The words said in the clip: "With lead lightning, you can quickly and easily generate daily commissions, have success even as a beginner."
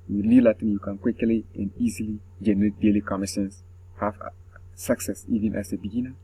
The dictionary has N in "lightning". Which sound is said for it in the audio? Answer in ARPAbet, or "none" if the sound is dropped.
none